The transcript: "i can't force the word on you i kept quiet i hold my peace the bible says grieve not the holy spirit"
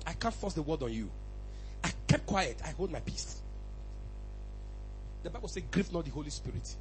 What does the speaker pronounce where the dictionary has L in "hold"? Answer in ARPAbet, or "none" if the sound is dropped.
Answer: L